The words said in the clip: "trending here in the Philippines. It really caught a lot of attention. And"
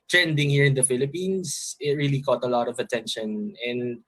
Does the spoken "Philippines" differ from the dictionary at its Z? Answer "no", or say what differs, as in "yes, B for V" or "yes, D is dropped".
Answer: yes, S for Z